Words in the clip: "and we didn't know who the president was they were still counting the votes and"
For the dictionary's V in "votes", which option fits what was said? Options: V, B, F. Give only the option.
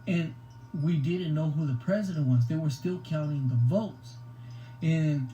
V